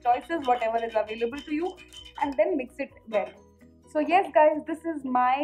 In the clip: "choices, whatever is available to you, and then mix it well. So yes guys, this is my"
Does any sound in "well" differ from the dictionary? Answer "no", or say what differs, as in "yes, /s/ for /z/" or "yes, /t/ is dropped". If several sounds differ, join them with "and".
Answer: yes, /n/ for /l/